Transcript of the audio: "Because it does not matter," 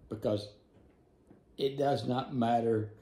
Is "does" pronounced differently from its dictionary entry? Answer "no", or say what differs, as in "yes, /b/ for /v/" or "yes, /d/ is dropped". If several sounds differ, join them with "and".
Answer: no